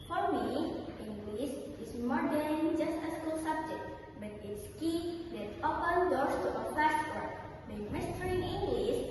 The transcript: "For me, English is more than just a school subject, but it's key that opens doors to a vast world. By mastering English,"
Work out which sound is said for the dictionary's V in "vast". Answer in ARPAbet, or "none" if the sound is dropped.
F